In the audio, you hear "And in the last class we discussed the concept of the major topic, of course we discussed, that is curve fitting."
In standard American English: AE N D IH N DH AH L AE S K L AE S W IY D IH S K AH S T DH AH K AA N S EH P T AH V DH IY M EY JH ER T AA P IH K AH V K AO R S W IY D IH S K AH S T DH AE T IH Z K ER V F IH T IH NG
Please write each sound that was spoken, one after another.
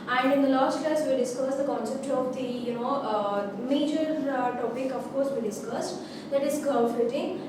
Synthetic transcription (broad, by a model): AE N D IH N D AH L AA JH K EH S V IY D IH S K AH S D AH K AA N S EH P T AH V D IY M EY JH ER T AA P IH K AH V K AO R S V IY D IH S K AH S T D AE T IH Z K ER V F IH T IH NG